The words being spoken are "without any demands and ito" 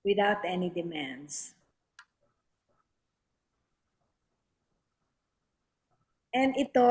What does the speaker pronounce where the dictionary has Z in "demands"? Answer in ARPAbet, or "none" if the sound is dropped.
S